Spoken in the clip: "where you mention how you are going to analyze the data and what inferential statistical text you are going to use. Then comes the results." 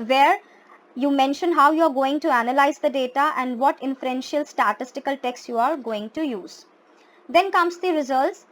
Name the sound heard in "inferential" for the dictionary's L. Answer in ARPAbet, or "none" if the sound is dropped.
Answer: L